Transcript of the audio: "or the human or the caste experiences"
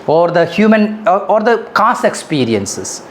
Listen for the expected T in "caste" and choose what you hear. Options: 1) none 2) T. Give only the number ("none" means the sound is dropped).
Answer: 1